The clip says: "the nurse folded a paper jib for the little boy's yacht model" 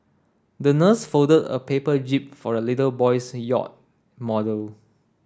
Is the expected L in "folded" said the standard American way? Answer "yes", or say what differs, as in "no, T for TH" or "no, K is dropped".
no, L is dropped